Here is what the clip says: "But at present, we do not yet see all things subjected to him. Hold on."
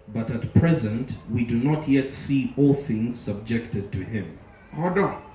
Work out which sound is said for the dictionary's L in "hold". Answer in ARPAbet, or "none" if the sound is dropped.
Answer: none